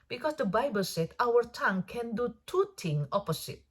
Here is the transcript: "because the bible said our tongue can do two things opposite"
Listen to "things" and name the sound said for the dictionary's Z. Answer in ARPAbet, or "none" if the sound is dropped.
none